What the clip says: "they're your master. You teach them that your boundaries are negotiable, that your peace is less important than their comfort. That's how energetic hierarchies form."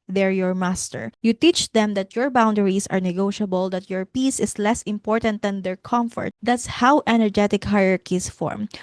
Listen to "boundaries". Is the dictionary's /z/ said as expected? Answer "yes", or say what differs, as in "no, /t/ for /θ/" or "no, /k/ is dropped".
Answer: no, /s/ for /z/